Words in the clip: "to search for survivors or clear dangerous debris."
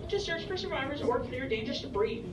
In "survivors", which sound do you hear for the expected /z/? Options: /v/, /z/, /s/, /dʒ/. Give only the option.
/z/